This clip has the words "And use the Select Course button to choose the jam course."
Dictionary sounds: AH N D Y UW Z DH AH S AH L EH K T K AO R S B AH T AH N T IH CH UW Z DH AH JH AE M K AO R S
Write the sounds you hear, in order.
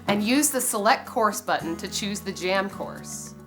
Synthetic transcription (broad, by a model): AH N Y UW Z DH AH S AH L EH K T K AO R S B AH T N T IH CH UW Z DH AH JH AE M K AO R S